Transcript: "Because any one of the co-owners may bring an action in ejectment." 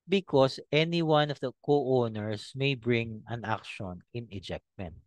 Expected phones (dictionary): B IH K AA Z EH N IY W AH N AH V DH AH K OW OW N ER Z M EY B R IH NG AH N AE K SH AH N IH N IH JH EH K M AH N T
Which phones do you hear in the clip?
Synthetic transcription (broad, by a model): B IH K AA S EH N IY W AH N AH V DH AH K OW OW N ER S M EY B R IH NG AH N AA K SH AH N IH N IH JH EH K M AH N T